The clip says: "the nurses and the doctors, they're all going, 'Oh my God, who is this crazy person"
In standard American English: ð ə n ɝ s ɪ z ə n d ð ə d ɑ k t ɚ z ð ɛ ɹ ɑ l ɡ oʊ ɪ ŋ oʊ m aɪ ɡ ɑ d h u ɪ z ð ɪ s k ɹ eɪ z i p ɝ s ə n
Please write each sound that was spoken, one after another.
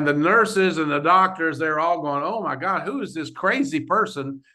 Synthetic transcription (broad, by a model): ð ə n ɝ s ɪ z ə n ð ə d ɑ k t ɚ z ð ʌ ɹ ɑ l ɡ oʊ ɪ ŋ oʊ m aɪ ɡ ɑ d h u ɪ z ð ɪ s k ɹ eɪ z i p ɝ s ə n